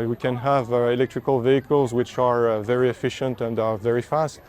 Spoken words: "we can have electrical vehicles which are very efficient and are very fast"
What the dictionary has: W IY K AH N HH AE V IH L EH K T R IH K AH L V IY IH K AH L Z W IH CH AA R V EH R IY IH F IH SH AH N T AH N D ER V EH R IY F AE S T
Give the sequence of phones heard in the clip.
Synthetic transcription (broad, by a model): W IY K AH N HH AE V IH L EH K T R IH K AH L V IY IH K AH L Z W IH CH AA R V EH R IY IH F IH SH AH N T AH N D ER V EH R IY F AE S T